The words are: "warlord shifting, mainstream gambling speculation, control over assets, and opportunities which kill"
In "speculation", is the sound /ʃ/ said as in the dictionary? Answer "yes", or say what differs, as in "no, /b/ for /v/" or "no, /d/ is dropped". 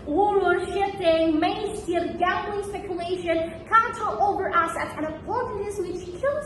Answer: yes